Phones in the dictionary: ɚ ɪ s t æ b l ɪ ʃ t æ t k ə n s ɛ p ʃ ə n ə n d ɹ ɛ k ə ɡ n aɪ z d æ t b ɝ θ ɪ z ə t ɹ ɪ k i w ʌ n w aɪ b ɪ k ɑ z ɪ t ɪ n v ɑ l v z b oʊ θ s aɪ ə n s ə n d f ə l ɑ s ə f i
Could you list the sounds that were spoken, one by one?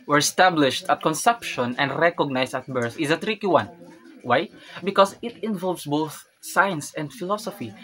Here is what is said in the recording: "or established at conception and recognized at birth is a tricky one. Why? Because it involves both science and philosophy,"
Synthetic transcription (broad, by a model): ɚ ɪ s t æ b l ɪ ʃ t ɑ t k ə n s ɛ p ʃ ə n ə n d ɹ ɛ k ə ɡ n aɪ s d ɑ t b ɝ θ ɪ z ə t ɹ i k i w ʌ n w aɪ b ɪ k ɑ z ɪ t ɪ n v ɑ l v s b oʊ θ s aɪ ə n s ə n d f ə l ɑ s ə f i